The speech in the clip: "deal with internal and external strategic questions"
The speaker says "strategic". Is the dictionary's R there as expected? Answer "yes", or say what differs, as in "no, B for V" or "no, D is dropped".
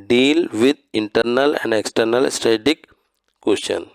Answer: no, R is dropped